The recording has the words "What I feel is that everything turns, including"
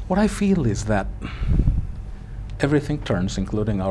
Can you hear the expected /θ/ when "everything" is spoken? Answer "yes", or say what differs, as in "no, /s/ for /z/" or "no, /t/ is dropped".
yes